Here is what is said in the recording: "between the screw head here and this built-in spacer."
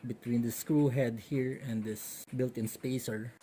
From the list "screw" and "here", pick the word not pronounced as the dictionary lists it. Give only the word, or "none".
none